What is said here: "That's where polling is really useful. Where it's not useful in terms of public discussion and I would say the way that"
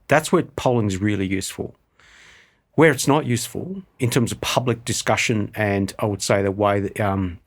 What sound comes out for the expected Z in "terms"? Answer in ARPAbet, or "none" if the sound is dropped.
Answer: Z